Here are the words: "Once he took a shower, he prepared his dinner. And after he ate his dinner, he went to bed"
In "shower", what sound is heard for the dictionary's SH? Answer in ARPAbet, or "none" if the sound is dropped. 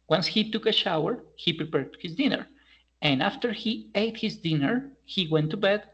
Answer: SH